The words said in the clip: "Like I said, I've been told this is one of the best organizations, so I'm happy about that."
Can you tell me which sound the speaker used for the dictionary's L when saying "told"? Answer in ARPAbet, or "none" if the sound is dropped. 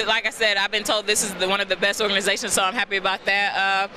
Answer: L